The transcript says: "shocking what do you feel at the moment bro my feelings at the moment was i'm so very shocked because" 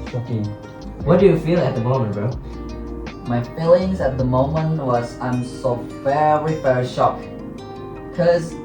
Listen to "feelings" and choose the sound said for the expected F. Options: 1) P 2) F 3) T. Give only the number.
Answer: 2